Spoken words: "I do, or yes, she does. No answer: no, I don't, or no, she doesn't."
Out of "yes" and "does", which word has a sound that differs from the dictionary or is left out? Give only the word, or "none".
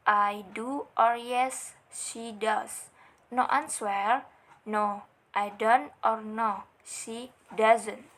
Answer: does